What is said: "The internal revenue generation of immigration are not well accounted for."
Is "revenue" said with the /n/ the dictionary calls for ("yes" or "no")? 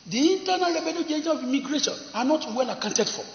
no